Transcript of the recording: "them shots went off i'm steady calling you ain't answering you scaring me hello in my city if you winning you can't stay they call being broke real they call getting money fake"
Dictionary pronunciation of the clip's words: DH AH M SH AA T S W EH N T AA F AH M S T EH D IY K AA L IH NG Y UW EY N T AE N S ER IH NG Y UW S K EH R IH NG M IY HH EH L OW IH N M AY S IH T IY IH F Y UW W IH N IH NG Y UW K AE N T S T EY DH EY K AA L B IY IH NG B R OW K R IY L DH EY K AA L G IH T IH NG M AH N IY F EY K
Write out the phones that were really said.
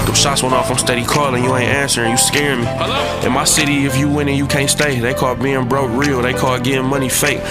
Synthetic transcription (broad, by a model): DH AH SH AA T S W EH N AA F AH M S T EH D IY K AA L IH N Y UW EY N T AE N S ER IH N Y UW S K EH R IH M IY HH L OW IH N M AY S IH T IY IH F Y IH W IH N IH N Y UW K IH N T S T EY DH EY K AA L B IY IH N B R OW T R IY L DH EY K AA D G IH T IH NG M AH N IY F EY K